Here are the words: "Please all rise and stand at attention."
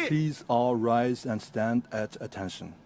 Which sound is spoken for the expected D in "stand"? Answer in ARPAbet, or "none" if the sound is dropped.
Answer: D